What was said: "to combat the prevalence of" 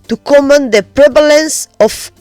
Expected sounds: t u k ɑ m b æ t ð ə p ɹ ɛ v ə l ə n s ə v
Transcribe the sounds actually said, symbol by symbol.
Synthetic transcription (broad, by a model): t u k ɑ m æ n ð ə p ɹ ɛ v ə l ə n s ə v